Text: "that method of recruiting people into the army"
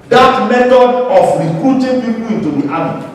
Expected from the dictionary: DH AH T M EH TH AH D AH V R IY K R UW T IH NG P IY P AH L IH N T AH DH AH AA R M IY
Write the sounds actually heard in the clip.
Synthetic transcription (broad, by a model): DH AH T M EH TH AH D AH F R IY K R UW T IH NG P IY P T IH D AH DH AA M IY